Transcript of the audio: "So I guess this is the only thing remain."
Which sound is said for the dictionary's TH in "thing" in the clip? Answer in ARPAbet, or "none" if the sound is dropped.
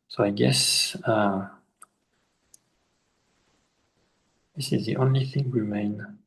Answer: TH